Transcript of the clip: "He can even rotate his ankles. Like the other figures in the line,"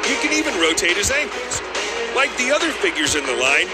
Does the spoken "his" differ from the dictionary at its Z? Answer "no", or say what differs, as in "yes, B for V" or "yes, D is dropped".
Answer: no